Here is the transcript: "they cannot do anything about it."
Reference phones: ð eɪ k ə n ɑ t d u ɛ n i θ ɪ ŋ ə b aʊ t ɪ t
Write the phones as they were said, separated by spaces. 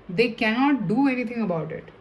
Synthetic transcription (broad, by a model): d eɪ k ə n ɑ t d u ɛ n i t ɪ ŋ ə b aʊ t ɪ t